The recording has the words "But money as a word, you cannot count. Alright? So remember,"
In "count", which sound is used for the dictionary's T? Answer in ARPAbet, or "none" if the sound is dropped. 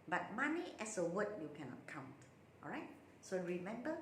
T